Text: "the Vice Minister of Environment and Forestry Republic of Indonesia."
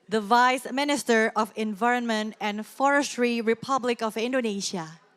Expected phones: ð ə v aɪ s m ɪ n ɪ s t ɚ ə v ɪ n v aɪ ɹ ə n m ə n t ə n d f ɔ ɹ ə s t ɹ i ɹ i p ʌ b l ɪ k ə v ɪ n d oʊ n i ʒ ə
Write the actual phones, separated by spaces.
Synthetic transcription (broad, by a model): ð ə v aɪ s m ɪ n ɪ s t ɚ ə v ɪ n v aɪ ɹ ə n m ə n t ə n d f ɔ ɹ ə s t ɹ i ɹ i p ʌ b l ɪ k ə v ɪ n d oʊ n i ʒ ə